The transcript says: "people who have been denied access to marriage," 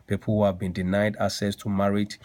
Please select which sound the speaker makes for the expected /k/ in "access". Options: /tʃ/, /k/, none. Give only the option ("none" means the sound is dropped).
none